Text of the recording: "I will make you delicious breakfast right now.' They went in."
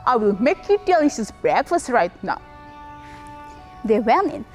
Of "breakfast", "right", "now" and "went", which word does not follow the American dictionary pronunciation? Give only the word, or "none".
went